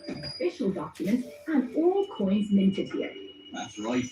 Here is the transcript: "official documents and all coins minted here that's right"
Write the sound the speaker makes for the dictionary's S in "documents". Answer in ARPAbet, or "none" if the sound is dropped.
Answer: none